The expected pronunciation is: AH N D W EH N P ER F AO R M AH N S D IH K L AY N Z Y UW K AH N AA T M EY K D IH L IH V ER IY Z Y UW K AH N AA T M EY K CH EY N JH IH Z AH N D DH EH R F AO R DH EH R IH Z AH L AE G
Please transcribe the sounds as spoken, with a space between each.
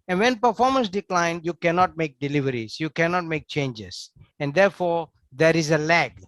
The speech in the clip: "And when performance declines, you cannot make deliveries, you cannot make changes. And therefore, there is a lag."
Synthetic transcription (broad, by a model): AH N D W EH N P ER F AO R M AH N S D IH K L AY N Y UW K AH N AA T M EY K D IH L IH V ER IY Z Y UW K AH N AA T M EY K CH EY N JH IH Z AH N D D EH R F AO R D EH R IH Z AH L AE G